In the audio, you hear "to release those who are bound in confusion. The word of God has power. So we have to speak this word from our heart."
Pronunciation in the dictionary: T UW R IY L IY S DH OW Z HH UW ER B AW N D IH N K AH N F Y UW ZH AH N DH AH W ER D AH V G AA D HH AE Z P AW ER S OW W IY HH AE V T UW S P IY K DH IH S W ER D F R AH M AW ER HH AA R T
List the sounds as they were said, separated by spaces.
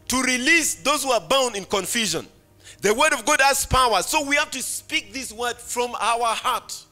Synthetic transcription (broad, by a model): T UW R IY L IY S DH OW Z HH UW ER B AW N D IH N K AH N F Y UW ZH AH N DH AH W ER D AH V G AA D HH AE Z P AW ER S OW W IY HH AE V T UW S P IY K DH IH S W ER D F R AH M AW ER HH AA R T